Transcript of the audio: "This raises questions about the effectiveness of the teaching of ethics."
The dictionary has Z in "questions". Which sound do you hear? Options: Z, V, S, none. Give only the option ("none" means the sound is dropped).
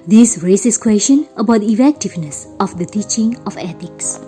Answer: none